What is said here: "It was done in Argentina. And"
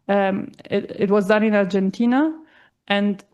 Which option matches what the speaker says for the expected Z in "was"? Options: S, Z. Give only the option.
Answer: Z